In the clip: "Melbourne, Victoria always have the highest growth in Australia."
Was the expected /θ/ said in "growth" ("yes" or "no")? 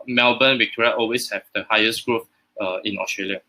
no